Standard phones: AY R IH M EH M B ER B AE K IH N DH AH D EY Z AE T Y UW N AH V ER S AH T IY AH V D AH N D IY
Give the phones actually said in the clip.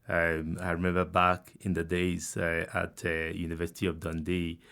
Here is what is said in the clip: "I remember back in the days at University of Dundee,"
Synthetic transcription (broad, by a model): AY R IH M EH M B ER B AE K IH N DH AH D EY Z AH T Y UW N AH V ER S AH T IY AH V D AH N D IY